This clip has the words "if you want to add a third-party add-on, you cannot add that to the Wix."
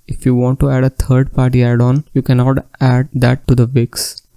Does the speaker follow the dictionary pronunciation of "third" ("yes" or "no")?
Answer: no